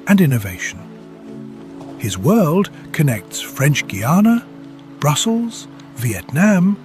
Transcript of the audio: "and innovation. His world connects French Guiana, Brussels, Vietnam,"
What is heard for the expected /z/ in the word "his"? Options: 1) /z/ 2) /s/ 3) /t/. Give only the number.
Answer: 1